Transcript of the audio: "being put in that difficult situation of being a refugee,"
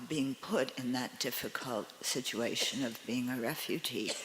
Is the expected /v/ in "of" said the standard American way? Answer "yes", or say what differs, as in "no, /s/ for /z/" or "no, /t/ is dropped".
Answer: yes